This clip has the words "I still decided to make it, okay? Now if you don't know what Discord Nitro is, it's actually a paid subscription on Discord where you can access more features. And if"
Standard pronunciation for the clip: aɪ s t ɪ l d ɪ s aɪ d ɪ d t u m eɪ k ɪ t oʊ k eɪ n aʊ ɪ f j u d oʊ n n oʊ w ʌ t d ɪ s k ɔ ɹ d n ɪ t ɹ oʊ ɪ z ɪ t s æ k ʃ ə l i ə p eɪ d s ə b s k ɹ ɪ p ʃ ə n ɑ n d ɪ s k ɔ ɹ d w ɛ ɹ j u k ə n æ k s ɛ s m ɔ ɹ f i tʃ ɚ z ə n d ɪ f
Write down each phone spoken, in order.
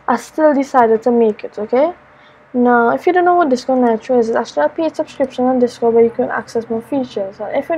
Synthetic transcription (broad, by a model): aɪ s t ɪ l d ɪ s aɪ d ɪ d t u m eɪ k ɪ t oʊ k eɪ n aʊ ɪ f j u d oʊ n n oʊ w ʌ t d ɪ s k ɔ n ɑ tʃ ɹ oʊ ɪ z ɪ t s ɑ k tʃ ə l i ə p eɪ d s ə b s k ɹ ɪ p ʃ ə n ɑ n d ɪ s k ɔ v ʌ j u k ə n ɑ k s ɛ s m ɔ f i tʃ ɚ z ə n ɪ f